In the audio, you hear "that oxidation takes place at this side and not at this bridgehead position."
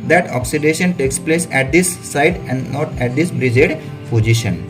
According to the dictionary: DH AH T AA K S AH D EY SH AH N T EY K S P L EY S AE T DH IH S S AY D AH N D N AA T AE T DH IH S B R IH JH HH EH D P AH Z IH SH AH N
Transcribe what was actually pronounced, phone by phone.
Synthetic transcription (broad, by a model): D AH T AA K S AH D EY SH AH N T EY K S P L EY S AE T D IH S S AY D AH N D N AA T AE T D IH S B R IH JH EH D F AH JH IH SH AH N